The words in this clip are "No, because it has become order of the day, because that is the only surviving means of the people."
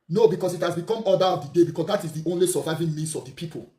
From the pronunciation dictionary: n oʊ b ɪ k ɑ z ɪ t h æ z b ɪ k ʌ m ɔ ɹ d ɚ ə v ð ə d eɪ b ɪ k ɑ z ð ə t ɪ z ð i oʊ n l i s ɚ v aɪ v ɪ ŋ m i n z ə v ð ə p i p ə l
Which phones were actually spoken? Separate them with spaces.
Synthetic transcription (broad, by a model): n oʊ b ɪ k ɑ s ɪ t h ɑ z b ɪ k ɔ m ɔ d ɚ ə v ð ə d eɪ b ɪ k ɑ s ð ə t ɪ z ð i oʊ n l i s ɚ v aɪ v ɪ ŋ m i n s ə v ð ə p i p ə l